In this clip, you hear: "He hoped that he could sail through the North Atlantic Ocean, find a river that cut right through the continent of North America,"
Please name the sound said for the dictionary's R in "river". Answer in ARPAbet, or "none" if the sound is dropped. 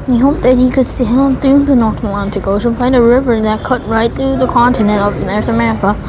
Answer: R